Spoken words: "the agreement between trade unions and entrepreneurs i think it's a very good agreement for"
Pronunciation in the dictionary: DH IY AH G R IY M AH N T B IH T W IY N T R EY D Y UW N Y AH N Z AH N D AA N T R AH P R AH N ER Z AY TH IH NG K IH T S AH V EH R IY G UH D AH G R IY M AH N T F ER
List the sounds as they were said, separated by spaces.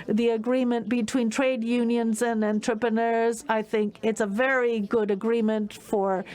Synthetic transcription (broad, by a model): DH IY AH G R IY M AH N B IH T W IY N T R EY D Y UW N Y AH N Z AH N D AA N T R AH P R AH N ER Z AY TH IH NG K IH T S AH V EH R IY G UH D AH G R IY M AH N T F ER